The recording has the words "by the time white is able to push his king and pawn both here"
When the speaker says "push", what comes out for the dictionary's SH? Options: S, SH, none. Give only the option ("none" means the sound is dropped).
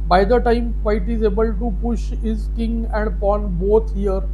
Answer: SH